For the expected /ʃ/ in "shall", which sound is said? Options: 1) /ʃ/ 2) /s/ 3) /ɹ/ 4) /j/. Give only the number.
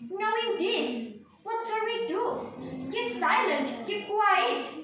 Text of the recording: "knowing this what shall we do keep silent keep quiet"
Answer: 2